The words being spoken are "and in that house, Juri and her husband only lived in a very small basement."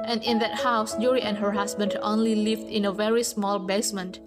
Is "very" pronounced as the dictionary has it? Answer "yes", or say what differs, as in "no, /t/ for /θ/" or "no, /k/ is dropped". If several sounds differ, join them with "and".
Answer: yes